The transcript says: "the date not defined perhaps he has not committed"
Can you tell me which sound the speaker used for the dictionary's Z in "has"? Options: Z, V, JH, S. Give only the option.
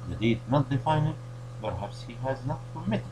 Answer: Z